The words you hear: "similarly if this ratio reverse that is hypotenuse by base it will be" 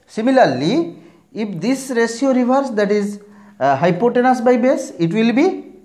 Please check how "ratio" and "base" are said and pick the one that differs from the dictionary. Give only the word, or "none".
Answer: ratio